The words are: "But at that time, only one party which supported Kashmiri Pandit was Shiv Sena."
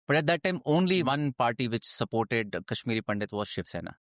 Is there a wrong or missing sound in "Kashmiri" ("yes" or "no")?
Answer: no